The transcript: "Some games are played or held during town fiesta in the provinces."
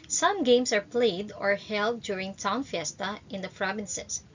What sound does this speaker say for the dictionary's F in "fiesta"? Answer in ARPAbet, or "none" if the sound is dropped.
F